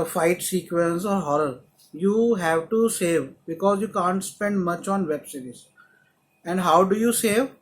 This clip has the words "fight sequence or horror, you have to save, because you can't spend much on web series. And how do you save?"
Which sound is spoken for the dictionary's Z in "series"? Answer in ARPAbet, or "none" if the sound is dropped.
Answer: S